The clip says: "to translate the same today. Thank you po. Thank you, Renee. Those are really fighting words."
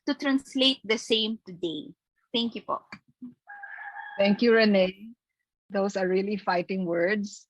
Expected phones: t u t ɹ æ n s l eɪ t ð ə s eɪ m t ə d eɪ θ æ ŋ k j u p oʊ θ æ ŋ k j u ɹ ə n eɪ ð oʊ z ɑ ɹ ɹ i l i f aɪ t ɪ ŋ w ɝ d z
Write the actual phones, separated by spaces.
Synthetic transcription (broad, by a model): t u t ɹ æ n s l eɪ t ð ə s eɪ m t ə d eɪ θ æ ŋ k j u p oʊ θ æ ŋ k j u ɹ ə n eɪ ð oʊ s ɑ ɹ ɹ i l i f aɪ t ɪ ŋ w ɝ d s